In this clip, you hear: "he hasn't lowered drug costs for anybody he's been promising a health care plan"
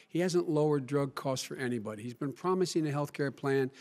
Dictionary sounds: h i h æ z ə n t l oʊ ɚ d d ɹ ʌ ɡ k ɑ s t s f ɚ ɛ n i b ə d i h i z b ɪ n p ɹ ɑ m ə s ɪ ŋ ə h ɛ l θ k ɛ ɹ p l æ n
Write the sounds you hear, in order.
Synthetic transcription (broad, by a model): h i h æ z ə n t l oʊ ɚ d d ɹ ʌ ɡ k ɑ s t f ɚ ɛ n i b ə d i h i z b ɪ n p ɹ ɑ m ə s ɪ ŋ ə h ɛ l θ k ɛ ɹ p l æ n